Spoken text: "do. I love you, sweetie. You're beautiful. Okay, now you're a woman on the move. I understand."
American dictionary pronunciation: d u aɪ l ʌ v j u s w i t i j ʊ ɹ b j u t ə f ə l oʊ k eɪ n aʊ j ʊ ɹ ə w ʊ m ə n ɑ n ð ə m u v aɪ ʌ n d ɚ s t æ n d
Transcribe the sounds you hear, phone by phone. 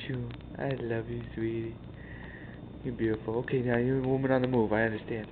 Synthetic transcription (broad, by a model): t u aɪ l ʌ v j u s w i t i j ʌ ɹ b j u t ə f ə l oʊ k eɪ n aʊ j ə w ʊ m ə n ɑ n ð ə m u v aɪ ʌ n d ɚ s t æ n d